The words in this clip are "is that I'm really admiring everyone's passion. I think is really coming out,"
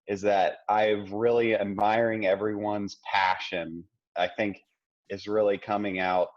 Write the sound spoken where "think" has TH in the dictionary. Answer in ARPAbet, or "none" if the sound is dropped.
TH